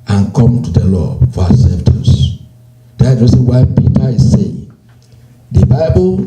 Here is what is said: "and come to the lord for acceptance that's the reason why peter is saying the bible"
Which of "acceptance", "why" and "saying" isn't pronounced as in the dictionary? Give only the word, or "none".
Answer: acceptance